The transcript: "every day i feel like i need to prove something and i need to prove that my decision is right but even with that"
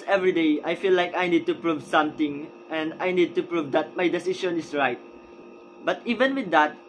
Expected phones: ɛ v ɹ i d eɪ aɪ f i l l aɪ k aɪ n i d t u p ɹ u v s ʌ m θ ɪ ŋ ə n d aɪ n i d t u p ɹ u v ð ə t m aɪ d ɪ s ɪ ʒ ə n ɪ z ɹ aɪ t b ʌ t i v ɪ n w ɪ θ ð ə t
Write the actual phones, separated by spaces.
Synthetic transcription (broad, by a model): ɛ v ɹ i d eɪ aɪ f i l l aɪ k aɪ n i d t u p ɹ u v s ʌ m t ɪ ŋ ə n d aɪ n i d t u p ɹ u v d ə t m aɪ d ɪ s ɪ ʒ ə n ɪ s ɹ aɪ t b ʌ t i v ɪ n w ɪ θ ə t